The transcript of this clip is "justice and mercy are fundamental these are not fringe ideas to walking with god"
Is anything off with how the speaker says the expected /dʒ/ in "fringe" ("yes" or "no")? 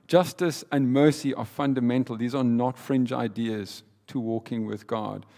no